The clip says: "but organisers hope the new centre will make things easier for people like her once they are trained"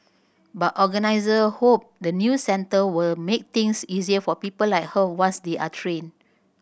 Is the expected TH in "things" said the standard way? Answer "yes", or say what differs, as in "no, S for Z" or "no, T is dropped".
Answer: no, T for TH